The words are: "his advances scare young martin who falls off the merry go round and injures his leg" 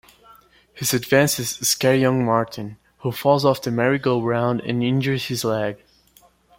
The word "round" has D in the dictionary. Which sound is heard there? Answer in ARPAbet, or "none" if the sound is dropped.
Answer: D